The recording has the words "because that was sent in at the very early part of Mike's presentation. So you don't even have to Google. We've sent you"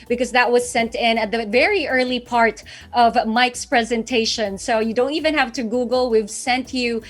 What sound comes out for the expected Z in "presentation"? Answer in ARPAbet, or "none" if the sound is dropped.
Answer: Z